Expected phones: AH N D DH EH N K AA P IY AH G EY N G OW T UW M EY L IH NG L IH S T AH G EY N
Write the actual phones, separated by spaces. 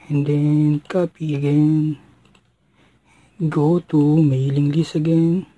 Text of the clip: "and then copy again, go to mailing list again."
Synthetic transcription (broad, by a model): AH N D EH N K AA P IY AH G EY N G OW T UW M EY L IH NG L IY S AH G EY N